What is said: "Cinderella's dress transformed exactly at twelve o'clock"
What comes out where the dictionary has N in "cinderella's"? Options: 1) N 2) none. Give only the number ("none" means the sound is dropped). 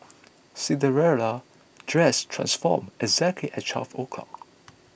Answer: 2